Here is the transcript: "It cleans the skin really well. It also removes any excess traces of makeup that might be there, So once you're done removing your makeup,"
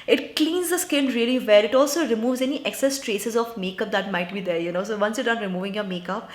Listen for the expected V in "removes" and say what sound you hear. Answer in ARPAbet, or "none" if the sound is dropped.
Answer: V